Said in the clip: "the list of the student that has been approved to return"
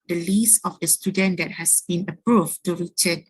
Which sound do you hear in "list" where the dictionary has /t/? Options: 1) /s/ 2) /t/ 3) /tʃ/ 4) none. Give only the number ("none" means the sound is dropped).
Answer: 4